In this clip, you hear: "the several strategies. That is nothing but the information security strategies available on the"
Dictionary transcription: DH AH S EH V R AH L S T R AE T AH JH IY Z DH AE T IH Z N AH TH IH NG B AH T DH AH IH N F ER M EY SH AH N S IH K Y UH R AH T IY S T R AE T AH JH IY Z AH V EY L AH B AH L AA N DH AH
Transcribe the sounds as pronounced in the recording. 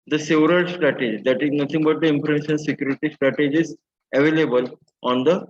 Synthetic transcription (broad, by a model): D AH S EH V R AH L S T R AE T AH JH IY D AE T IH Z N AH T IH NG B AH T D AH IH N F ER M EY S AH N S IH K Y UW R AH T IY S T R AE T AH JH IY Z AH V EY L AH B AH L AA N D AH